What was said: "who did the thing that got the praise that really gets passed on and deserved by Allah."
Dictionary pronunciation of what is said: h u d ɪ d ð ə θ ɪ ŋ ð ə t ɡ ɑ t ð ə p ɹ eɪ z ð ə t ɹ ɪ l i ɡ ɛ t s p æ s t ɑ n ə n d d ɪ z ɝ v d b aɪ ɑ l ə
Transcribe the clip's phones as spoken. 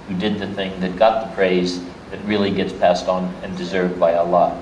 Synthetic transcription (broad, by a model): h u d ɪ d ð ə θ ɪ ŋ ð ə t ɡ ɑ t ð ə p ɹ eɪ z ð ə t ɹ ɪ l i ɡ ɛ t s p æ s t n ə n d d ɪ z ɝ v d b aɪ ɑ l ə